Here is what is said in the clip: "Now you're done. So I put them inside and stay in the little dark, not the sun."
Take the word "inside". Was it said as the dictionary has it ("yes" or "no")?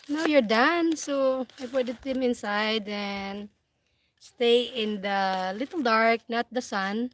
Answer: yes